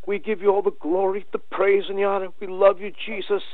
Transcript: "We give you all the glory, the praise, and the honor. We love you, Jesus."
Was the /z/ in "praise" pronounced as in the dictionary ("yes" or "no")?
yes